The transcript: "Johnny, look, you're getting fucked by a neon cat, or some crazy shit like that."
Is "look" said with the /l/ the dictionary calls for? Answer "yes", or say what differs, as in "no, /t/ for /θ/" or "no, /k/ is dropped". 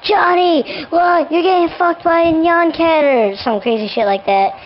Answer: no, /w/ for /l/